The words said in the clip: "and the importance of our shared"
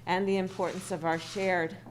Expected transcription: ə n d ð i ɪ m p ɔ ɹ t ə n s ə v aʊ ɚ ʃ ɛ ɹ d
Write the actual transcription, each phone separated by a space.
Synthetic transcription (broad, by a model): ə n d ð i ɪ m p ɔ ɹ t n s ə v aʊ ɚ ʃ ɛ ɹ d